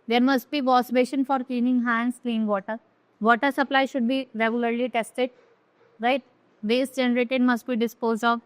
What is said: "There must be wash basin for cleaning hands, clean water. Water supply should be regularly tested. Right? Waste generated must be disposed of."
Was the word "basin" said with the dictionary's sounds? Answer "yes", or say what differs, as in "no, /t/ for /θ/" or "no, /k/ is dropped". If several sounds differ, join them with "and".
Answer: no, /ʃ/ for /s/